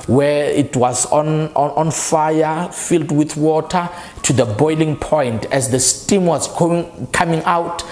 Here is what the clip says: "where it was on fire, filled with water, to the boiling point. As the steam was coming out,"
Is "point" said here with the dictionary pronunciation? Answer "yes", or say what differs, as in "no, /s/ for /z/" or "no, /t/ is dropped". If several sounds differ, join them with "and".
yes